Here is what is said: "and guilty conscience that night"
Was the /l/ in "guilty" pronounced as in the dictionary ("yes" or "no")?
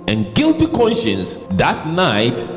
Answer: yes